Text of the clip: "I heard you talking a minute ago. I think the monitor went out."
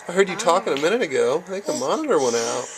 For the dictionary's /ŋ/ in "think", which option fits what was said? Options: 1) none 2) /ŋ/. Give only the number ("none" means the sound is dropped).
1